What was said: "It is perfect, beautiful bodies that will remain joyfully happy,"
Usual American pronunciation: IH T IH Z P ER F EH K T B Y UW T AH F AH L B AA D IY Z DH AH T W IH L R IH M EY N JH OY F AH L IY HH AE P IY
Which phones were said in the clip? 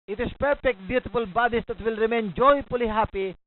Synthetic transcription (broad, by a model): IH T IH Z P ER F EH K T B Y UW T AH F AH L B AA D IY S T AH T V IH L R IH M EY N JH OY P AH L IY HH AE P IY